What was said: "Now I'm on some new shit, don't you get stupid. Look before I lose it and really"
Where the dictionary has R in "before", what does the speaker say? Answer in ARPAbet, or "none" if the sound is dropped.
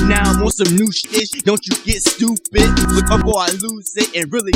L